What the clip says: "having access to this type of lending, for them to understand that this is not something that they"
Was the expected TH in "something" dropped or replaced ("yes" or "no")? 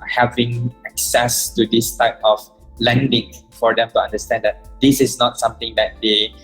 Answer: yes